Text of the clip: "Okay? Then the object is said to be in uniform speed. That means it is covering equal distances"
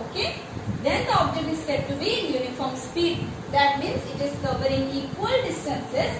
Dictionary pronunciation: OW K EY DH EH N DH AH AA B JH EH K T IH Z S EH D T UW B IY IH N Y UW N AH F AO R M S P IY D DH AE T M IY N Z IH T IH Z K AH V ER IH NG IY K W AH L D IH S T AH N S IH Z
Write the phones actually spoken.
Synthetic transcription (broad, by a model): OW K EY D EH N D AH AA B JH EH K T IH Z S EH D T UW B IY IH N Y UW N AH F AO R M S P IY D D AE T M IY N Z IH T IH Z K AH V ER IH NG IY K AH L D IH S T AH N S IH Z